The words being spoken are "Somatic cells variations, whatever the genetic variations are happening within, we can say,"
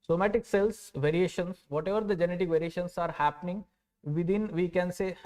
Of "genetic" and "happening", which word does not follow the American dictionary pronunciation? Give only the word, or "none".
none